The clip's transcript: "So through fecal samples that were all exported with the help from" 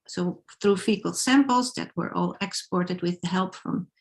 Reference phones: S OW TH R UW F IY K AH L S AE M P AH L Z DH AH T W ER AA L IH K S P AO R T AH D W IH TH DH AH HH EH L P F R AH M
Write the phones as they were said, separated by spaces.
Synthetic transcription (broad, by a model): S OW TH R UW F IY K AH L S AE M P L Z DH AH T W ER AA L IH K S P AO R T AH D W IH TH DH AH HH EH L P F R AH M